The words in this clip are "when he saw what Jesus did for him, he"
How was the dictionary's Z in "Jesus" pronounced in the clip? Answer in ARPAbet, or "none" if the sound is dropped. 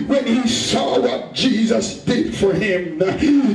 Z